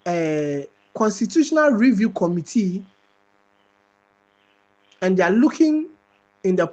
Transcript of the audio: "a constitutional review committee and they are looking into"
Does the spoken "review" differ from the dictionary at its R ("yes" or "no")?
no